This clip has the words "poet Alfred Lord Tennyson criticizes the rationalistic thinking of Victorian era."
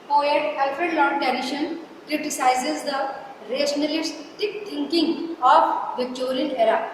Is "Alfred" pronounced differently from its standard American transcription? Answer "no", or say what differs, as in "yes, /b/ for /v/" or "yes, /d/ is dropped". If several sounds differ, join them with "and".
yes, /ɹ/ is dropped